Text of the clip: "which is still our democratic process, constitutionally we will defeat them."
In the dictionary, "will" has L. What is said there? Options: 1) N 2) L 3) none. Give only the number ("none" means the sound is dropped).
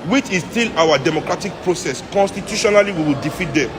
2